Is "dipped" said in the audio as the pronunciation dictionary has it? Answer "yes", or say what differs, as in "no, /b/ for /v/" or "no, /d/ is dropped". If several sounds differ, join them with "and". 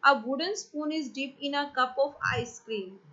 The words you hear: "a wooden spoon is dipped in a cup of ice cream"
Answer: no, /t/ is dropped